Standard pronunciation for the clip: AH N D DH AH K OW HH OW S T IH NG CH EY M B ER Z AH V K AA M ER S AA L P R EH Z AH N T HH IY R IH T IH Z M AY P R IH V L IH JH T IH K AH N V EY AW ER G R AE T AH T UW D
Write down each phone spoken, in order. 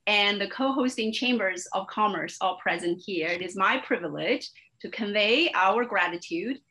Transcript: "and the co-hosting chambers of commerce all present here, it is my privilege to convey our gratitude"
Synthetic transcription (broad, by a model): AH N DH AH K OW HH OW S T IH NG CH EY M B ER Z AH V K AA M ER S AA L P R EH Z AH N T HH IY R IH T IH Z M AY P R IH V L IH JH T IH K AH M V EY AW ER G R AE T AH T UW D